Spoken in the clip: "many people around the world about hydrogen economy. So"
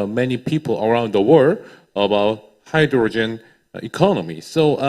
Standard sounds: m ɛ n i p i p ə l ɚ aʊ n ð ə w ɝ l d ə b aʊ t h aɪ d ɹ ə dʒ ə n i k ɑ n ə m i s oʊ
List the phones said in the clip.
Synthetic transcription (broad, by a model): m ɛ n i p i p ə l ɚ aʊ n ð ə w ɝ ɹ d ə b aʊ t h aɪ d ɹ ə dʒ ə n i k ɑ n ə m i s oʊ